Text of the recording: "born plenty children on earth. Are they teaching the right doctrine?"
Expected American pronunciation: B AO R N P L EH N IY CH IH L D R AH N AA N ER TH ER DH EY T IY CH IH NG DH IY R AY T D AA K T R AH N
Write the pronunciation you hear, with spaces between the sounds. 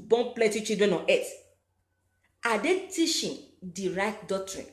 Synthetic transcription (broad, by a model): B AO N P L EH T IY CH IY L D R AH N AA N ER T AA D EY T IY SH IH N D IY R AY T D AA K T R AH N